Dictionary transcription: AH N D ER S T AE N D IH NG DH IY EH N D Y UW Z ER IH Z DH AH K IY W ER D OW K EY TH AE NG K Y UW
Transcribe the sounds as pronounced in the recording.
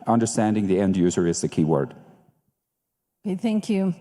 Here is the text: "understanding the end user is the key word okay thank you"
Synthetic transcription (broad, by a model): AH N D ER S T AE N D IH NG DH IY EH N D Y UW Z ER IH Z DH AH K IY W ER D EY TH AE NG K Y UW